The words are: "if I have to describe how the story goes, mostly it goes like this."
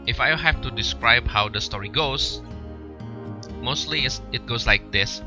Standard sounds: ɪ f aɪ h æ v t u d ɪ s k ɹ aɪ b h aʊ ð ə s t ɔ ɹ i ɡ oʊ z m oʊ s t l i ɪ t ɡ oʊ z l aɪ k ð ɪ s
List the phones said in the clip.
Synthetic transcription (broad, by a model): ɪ f aɪ h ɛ f t u d ɪ s k ɹ aɪ b h aʊ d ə s t ɔ ɹ i ɡ oʊ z m oʊ s t l i ɪ t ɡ oʊ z l aɪ k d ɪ s